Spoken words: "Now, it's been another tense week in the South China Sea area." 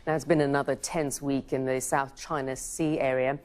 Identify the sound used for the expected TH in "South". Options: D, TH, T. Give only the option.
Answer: TH